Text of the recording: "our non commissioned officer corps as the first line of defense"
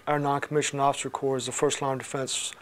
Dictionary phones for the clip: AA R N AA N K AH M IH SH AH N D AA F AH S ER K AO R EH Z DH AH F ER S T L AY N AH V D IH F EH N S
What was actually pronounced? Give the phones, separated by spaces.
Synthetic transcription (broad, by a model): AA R N AA N K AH M IH SH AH N AA F AH S ER K AO R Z DH AH F ER S T L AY AH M D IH F EH N S